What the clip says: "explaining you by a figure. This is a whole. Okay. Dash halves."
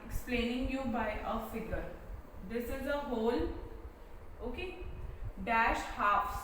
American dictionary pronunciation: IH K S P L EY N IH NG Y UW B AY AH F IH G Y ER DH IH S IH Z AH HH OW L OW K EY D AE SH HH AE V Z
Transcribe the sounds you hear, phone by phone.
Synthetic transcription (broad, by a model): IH K S P L EY N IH NG Y UW B AY AH F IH G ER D IH S IH Z AH HH OW L OW K EY D AE SH HH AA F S